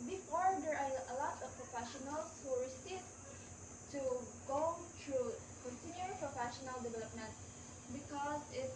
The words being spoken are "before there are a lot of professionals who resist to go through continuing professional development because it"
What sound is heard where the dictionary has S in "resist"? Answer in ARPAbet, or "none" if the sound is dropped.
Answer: none